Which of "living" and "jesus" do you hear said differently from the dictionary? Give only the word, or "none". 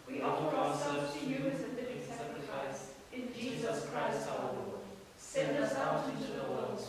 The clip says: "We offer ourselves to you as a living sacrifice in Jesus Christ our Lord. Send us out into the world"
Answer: living